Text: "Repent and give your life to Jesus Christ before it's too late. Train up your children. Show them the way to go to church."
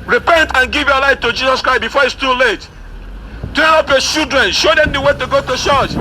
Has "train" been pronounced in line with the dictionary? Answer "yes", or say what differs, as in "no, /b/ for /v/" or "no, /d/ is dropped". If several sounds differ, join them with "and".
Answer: no, /ɹ/ is dropped and /n/ is dropped